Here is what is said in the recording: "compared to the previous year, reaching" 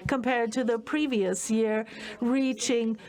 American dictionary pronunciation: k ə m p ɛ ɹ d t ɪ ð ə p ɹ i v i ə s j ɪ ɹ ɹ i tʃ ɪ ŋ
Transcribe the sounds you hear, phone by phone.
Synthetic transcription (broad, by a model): k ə m p ɛ ɹ d t ɪ ð ə p ɹ i v i ə s j ɪ ɹ ɹ i tʃ ɪ ŋ